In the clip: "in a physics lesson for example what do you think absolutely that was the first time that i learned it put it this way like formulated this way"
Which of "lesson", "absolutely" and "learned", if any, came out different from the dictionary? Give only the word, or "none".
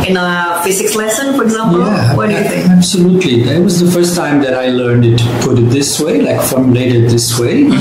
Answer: none